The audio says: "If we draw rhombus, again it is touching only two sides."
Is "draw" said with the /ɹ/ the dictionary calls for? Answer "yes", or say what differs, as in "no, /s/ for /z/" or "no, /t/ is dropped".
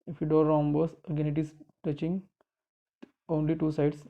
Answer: no, /ɹ/ is dropped